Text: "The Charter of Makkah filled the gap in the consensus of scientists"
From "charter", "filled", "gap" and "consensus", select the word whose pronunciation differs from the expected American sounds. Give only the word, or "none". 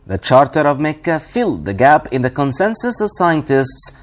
none